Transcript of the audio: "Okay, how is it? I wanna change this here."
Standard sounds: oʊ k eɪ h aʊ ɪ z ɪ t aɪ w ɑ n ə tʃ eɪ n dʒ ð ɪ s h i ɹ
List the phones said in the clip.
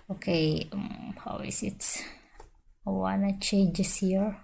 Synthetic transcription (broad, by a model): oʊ k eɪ h aʊ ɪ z ɪ t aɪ w ɑ n ə ʃ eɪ dʒ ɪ s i ɹ